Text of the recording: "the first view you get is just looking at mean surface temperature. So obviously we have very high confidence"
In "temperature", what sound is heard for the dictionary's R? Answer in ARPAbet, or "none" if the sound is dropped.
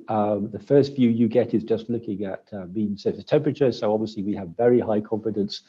R